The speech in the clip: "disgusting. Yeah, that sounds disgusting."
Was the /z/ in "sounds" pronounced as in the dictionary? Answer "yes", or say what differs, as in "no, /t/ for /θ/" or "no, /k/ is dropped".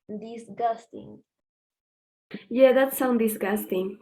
no, /z/ is dropped